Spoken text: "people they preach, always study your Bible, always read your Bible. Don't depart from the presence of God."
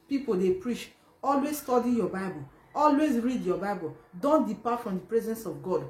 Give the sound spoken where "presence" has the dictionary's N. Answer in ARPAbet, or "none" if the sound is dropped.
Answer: N